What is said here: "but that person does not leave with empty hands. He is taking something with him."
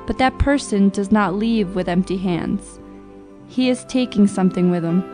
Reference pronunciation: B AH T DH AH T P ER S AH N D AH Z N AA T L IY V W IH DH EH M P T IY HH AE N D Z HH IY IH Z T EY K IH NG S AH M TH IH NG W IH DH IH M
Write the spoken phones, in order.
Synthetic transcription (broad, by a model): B AH T DH AH T P ER S AH N D AH Z N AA T L IY V W IH DH EH M P T IY HH AE N D Z HH IY IH Z T EY K IH NG S AH M TH IH NG W IH DH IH M